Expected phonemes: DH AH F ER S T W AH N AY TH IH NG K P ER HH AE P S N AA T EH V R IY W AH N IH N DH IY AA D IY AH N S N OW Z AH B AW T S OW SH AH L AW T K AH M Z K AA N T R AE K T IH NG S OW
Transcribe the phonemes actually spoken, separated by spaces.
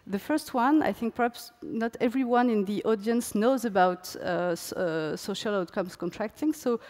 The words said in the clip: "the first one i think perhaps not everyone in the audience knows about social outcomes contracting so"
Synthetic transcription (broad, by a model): DH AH F ER S T W AH N AY TH IH NG K P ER HH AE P S N AA T EH V R IY W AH N IH N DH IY AA D IY AH N S N OW Z AH B AW T S OW SH AH L AW T K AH M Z K AA N T R AE K T IH NG S OW